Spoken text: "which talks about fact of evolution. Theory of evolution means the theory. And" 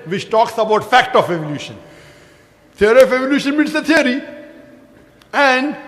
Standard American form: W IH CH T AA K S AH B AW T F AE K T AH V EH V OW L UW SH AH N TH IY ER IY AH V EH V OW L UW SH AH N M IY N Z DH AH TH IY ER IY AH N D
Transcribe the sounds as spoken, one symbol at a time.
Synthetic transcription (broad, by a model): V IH CH T AA K S AH B AW T F AE K T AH F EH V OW L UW SH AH N T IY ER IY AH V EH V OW L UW SH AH N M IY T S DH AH T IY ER IY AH N D